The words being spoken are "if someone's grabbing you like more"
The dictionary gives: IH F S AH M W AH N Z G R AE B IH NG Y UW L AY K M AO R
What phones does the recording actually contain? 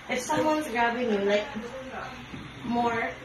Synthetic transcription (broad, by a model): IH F S AH M W AH N Z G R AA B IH NG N L AY K M AO R